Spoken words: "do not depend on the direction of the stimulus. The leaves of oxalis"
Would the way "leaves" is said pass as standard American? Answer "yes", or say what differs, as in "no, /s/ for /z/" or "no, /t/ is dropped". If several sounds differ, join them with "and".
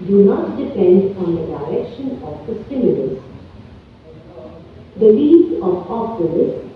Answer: no, /v/ is dropped